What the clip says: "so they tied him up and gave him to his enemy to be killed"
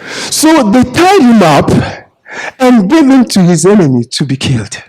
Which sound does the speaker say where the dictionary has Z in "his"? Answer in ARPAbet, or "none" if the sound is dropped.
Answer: Z